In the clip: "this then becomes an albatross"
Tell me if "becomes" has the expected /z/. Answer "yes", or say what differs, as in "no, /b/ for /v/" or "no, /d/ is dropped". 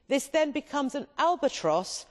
yes